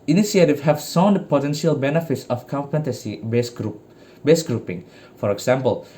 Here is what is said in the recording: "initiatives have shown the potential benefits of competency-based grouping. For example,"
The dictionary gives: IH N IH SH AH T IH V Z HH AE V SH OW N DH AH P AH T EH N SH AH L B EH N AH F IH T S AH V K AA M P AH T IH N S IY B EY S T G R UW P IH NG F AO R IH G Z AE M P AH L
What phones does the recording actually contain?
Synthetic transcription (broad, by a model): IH N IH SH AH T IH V HH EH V S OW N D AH P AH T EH N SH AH L B EH N AH F IH T S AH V K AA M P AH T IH S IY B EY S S G R UW P IH NG F AO R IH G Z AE M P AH L